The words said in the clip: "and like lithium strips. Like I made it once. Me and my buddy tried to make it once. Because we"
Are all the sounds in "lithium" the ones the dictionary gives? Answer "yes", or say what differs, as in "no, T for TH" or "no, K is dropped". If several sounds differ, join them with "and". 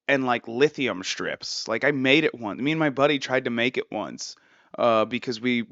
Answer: yes